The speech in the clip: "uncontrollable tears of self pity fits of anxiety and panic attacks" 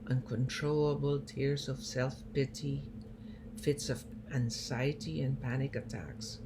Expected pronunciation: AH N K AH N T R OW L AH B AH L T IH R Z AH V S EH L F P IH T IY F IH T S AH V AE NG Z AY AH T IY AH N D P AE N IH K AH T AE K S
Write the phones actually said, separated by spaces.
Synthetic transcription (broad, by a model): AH N K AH N T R OW L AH B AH L T IH R Z AH V S EH L F P IH T IY F IH T S AH V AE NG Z AY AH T IY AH N P AE N IH K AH T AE K S